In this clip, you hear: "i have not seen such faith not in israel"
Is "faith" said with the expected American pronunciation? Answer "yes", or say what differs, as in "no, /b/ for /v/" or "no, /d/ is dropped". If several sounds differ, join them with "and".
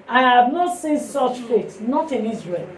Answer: no, /s/ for /θ/